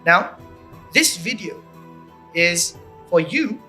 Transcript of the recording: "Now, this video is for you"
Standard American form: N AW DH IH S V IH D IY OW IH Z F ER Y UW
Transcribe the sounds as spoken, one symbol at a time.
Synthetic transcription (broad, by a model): N AW DH IH S V IH D IY OW IH Z F ER Y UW